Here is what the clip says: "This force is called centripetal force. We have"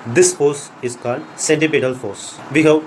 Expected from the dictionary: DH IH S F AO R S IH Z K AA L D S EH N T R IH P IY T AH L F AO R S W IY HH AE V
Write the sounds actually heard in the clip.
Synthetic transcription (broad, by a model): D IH S F AO R S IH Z K AA L D S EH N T IH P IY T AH L F AO R S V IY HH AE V